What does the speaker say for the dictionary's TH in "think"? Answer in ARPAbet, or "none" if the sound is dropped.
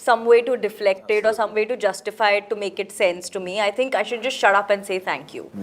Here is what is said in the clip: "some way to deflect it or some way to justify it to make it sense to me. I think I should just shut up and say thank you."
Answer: T